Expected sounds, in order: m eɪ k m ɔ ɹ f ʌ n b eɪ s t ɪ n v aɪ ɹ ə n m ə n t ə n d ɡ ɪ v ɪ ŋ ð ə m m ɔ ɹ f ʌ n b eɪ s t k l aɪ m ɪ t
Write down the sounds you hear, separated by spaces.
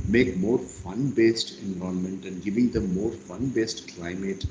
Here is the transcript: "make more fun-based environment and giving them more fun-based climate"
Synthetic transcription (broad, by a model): m eɪ k m ɔ ɹ f ʌ n b eɪ s t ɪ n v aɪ ə m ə n t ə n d ɡ ɪ v ɪ ŋ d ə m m ɔ ɹ f ʌ n b eɪ s t k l aɪ m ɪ t